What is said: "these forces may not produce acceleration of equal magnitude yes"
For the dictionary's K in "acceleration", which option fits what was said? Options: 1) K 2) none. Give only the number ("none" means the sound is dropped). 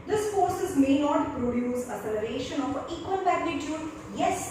2